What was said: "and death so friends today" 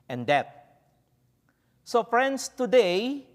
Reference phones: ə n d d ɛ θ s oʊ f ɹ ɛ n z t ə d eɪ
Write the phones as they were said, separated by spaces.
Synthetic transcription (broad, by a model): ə n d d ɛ t s oʊ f ɹ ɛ n s t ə d eɪ